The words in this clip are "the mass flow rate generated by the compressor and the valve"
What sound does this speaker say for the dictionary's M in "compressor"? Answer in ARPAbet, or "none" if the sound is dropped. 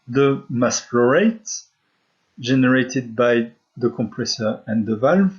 M